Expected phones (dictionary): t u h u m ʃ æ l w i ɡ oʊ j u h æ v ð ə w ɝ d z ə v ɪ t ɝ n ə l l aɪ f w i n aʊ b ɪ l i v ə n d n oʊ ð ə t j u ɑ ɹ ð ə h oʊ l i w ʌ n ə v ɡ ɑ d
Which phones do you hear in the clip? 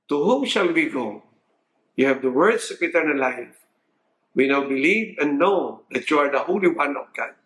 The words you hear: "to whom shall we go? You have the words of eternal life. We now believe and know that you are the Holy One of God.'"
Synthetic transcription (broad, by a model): t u h u m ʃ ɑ l w i ɡ oʊ j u h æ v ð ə w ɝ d s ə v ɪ t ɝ n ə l l aɪ f w i n aʊ b ɪ l i v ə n n oʊ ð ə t j u ɑ ɹ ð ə h oʊ l i w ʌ n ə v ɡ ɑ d